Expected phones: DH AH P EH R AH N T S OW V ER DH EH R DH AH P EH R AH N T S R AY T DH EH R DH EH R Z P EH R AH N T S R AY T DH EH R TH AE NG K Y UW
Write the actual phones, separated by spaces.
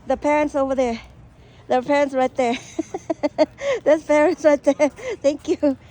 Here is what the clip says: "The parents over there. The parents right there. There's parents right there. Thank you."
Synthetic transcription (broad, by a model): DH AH P EH R AH N T S OW V ER DH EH R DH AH P EH R AH N T S R AY T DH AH R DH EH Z P EH R AH N T S R AY T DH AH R TH AE NG K Y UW